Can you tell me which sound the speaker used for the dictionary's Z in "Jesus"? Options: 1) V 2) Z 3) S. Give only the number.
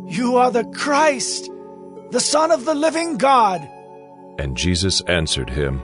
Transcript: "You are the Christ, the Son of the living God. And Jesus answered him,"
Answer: 2